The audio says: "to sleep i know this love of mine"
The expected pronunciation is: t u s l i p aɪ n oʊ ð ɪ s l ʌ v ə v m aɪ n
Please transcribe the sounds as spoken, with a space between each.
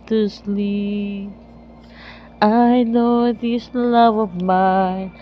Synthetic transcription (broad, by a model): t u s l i aɪ n oʊ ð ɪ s l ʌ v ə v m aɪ